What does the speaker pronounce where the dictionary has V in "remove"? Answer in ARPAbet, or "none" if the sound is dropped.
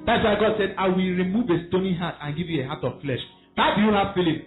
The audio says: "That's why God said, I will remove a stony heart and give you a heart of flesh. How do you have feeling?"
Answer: V